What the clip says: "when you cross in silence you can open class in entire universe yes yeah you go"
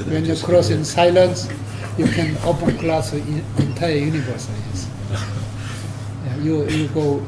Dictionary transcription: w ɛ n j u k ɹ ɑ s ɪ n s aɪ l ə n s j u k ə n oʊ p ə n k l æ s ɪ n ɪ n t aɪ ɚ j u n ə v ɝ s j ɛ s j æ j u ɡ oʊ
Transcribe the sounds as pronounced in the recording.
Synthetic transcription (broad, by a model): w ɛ n j u k ɹ ɑ s ɪ n s aɪ l ə n s j u k ə n oʊ p ə n k l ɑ s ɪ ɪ n t aɪ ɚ j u n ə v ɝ s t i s j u j u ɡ oʊ